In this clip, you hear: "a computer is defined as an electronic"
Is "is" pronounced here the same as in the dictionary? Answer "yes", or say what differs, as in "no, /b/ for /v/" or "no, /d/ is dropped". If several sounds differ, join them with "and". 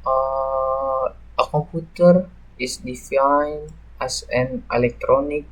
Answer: no, /s/ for /z/